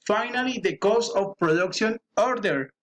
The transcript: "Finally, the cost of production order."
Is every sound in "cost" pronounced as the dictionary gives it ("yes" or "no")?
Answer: no